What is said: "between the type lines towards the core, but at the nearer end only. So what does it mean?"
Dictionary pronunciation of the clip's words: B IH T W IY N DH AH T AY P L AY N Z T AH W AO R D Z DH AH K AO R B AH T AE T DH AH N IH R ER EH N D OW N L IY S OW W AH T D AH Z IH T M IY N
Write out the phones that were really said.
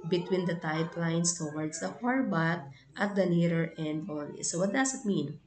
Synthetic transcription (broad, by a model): B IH T W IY N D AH T AY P L AY N S T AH W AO R D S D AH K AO R B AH T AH T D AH N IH R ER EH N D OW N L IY S OW W AH T D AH S IH T M IY N